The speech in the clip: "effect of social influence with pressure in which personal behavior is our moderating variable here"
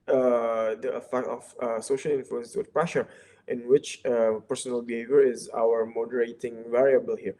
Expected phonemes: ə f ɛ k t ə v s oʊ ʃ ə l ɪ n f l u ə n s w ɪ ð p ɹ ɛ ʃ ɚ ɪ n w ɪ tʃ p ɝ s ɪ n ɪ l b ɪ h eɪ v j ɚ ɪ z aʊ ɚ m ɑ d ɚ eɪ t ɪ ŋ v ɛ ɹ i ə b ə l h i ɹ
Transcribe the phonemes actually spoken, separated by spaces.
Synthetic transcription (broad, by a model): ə f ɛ k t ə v s oʊ ʃ ə l ɪ n f l u ə n s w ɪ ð p ɹ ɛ ʃ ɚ ɪ n w ɪ tʃ p ɝ s ɪ n ɪ l b ɪ h eɪ v j ɚ ɪ z aʊ ɚ m ɑ d ɚ eɪ t ɪ ŋ v ɛ ɹ i ə b ə l h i ɹ